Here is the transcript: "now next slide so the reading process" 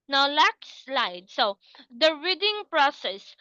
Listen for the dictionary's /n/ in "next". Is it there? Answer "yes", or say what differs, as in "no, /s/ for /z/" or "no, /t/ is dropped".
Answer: no, /l/ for /n/